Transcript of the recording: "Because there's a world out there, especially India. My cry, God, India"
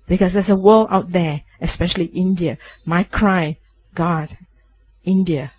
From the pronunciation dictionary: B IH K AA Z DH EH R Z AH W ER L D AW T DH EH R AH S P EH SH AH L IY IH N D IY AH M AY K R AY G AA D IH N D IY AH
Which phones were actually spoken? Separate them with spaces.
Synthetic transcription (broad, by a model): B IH K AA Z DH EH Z AH W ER L AW T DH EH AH S P EH SH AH L IY IH N D IY AH M AY K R AY G AA D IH N D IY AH